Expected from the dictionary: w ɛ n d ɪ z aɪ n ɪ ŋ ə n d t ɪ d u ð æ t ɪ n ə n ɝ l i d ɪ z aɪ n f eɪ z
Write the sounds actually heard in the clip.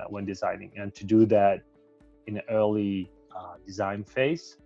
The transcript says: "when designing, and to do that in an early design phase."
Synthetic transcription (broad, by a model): w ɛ n d ɪ z aɪ n ɪ ŋ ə n t ɪ d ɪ ð æ t ɪ n ə n ɝ l i d ɪ z aɪ n f eɪ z